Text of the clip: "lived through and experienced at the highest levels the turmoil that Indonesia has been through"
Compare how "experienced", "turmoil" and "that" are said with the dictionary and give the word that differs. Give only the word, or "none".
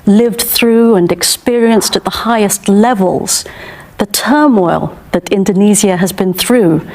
none